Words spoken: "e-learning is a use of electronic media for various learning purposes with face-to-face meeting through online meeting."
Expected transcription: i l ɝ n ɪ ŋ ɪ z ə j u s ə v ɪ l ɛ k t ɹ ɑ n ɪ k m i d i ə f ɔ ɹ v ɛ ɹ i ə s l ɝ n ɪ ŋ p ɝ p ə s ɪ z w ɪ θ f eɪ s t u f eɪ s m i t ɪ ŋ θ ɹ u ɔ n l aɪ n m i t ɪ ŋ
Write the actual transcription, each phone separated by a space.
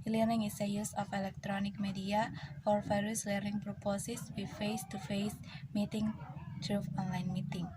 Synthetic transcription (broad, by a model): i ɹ n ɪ ŋ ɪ s ə j u s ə f ɪ l ɛ k t ɹ ɑ n ɪ k m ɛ d i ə f ɔ ɹ f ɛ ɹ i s l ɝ n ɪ ŋ p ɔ p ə s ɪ s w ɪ f eɪ s t u f eɪ s m i t ɪ ŋ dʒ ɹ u ɔ n l aɪ n m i t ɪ ŋ